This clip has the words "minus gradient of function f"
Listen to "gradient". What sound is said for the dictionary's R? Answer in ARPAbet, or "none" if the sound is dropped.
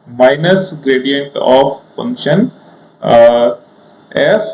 R